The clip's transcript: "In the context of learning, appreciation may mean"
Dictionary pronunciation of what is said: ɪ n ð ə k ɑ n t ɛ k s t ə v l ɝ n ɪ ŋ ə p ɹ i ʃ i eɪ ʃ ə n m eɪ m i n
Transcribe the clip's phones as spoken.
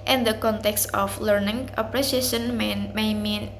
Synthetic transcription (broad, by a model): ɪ n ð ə k ɑ n t ɛ k s t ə f l ɝ n ɪ ŋ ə p ɹ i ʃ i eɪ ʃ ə n m eɪ m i n